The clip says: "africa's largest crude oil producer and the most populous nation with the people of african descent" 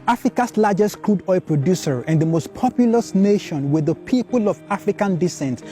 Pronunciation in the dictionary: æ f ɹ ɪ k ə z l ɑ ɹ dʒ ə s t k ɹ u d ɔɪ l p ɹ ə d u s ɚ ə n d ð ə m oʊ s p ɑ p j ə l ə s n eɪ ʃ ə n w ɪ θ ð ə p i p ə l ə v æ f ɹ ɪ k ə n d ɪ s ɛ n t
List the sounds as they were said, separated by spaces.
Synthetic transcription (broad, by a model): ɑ f ɹ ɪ k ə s l ɑ dʒ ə s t k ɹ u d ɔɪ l p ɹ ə d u s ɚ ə n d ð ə m oʊ s p ɑ p j ə l ə s n eɪ ʃ ə n w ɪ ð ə p i p ə l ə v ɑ f ɹ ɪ k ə n d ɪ s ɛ n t